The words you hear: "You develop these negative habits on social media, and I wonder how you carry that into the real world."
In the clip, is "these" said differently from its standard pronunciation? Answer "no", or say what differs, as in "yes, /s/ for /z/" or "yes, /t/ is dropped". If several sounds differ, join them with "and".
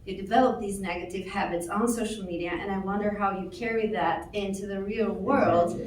no